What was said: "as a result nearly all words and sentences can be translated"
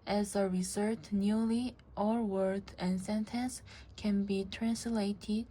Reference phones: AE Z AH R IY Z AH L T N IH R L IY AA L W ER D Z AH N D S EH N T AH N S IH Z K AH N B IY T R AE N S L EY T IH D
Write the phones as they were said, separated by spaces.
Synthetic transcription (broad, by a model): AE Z AH R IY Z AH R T N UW L IY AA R W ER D AH N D S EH N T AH N S K AH N B IY T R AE N S L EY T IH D